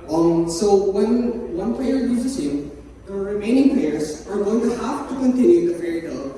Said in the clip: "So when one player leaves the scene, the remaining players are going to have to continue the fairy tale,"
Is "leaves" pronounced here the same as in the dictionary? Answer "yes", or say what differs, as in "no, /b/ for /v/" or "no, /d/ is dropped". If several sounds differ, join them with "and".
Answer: no, /v/ is dropped